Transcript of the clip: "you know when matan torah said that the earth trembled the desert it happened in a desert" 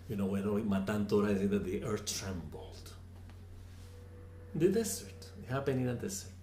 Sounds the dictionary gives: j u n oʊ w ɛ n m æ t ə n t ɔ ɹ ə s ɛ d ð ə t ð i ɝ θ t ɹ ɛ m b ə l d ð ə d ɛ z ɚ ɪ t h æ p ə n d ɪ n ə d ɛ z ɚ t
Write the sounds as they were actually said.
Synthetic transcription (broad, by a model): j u n oʊ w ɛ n m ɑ t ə n t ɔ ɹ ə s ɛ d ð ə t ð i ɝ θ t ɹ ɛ m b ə l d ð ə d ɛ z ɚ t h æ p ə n ɪ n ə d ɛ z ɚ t